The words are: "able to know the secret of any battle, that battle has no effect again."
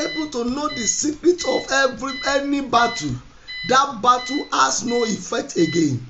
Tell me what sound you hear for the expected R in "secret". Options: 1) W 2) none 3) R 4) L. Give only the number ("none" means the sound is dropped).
3